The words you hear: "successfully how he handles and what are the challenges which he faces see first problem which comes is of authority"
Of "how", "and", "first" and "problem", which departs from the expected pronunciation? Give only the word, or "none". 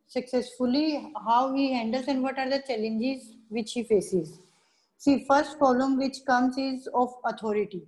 problem